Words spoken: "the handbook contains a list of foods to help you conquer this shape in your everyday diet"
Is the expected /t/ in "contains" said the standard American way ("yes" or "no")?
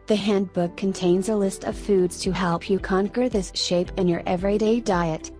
yes